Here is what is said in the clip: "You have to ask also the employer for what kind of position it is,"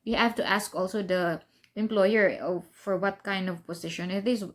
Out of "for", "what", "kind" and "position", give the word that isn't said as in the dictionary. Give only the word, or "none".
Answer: position